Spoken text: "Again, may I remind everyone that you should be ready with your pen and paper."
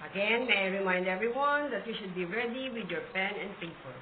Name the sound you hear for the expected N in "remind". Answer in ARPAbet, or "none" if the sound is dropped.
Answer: N